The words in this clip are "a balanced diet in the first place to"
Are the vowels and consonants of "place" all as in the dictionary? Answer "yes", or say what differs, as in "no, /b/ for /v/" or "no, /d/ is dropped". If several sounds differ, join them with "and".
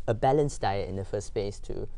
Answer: no, /l/ is dropped